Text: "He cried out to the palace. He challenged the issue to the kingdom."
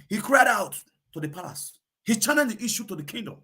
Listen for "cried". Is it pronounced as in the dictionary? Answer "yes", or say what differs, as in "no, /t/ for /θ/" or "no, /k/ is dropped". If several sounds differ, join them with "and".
yes